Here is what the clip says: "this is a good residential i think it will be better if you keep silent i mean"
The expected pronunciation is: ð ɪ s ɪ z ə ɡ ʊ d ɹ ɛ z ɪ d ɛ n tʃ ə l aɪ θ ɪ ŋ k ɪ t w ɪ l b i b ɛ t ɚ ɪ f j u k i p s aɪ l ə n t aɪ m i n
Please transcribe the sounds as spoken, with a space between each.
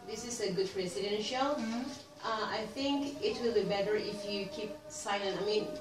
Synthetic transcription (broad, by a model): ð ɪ s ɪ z ə ɡ ʊ d ɹ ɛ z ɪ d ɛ n ʃ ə l aɪ θ ɪ ŋ k ɪ t w ɪ l b i b ɛ t ɚ ɪ f j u k i p s aɪ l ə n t aɪ m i n